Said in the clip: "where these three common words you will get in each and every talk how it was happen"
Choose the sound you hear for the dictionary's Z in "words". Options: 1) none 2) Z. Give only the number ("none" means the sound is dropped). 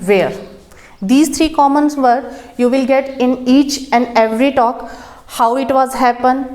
1